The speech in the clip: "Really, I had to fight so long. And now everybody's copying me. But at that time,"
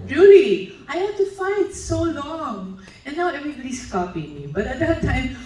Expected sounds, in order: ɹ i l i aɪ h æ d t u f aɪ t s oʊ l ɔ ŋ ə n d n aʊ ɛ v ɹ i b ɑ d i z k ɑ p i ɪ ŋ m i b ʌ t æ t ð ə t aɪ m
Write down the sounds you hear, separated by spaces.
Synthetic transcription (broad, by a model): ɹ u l i aɪ h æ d t u f aɪ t s oʊ l ɔ ŋ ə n n aʊ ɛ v ɹ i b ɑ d i s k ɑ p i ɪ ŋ m i b ʌ t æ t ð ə t aɪ m